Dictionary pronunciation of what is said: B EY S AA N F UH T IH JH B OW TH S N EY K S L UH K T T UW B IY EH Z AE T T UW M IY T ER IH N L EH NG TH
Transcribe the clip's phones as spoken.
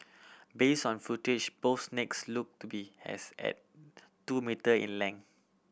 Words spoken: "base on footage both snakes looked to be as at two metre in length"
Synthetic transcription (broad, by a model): B EY S AA N F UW T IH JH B OW F S N EY K S L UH K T T UW B IY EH S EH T T UW M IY T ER IH N L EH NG